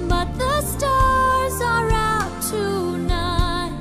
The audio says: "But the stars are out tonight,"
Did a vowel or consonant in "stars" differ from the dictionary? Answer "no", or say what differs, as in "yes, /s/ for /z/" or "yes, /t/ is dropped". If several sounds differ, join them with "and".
no